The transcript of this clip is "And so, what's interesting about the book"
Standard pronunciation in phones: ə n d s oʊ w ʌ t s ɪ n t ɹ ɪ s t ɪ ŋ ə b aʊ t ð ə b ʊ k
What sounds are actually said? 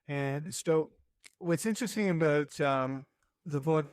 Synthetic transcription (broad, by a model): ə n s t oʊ w ʌ t s ɪ n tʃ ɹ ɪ s t ɪ ŋ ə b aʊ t ð ə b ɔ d